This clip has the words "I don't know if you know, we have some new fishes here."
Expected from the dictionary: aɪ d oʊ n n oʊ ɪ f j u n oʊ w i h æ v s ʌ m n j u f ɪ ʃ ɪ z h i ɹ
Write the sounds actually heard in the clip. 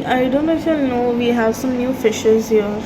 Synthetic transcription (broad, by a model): aɪ d oʊ n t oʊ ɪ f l n oʊ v i h æ v s ʌ m n j u f ɪ ʃ ɪ z h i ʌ